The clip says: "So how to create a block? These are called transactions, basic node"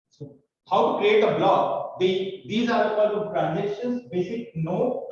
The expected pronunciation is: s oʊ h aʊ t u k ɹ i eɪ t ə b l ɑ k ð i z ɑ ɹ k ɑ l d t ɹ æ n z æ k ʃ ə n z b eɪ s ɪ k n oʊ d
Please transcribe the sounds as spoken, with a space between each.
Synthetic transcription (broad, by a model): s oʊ h aʊ t u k ɹ i eɪ t ə b l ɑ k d i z ɑ ɹ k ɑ d t ɹ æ n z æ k ʃ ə n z b eɪ s ɪ k n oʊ